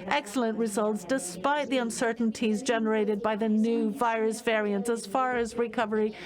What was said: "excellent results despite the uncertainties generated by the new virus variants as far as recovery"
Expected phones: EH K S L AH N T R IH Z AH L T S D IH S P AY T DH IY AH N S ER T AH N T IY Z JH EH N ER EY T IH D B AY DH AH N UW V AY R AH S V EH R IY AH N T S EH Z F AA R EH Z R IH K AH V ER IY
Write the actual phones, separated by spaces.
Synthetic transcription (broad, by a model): EH K S L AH N T R IH Z AH L T S D IH S P AY T DH IY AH N S ER T N T IY Z JH EH N ER EY T IH D B AY DH AH N UW V AY R AH S V EH R IY AH N T S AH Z F AA R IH Z R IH K AH V ER IY